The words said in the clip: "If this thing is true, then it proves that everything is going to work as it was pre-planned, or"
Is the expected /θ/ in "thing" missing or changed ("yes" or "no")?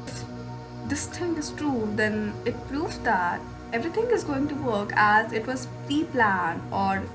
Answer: yes